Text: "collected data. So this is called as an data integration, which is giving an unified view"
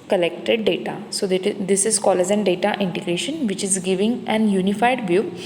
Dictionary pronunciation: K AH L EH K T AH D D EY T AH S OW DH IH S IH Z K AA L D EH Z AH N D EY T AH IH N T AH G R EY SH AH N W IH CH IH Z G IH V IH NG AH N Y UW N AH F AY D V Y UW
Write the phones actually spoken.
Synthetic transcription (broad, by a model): K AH L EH K T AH D D EY T AH S OW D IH S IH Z K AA L EH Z AH N D EY T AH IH N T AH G R EY SH AH N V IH CH IH Z G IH V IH NG AH N Y UW N AH F AY D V Y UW